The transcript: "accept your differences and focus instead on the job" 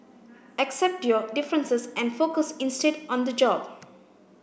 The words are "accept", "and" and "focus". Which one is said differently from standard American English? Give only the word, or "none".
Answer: none